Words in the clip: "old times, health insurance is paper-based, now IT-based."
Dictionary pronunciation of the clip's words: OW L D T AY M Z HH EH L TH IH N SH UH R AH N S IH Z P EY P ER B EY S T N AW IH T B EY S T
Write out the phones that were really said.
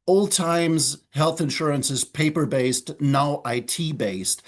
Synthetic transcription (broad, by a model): OW L D T AY M Z HH EH L TH IH N SH UH R AH N S IH Z P EY P ER B EY S T N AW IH T B EY S T